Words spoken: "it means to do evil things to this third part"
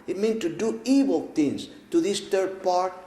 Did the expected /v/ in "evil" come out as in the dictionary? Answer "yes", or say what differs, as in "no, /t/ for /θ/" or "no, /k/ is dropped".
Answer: no, /w/ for /v/